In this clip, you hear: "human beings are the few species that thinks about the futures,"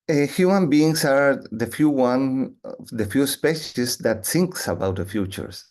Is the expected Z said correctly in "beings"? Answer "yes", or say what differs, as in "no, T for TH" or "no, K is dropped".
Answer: no, S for Z